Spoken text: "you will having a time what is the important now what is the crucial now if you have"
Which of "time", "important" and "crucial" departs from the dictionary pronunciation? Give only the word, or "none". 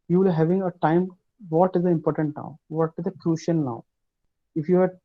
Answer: crucial